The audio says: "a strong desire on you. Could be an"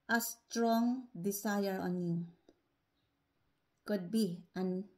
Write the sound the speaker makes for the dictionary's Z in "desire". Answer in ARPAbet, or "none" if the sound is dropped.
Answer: S